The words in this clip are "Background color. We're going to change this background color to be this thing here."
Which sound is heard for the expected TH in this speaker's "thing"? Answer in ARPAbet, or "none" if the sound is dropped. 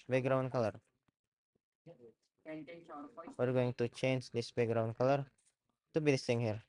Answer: T